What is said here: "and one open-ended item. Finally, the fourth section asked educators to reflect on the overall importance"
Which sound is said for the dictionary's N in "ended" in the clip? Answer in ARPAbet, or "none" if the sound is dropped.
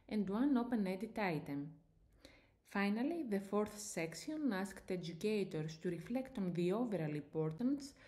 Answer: none